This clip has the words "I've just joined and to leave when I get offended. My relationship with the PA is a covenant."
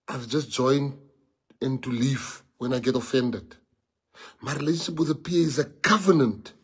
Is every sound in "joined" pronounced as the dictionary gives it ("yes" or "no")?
no